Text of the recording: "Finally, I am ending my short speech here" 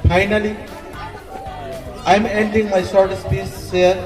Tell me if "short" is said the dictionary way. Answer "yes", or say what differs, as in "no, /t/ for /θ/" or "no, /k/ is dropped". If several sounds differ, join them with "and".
no, /s/ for /ʃ/